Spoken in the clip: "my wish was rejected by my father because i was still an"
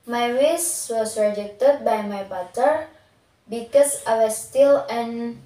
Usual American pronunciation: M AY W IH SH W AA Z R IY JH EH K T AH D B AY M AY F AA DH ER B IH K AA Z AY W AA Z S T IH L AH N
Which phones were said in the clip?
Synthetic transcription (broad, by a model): M AY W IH S W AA S R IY JH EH K T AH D B AY M AY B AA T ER B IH K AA S AY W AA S T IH L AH N